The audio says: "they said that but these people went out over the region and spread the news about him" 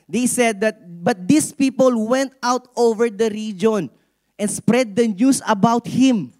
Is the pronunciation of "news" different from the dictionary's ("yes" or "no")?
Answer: yes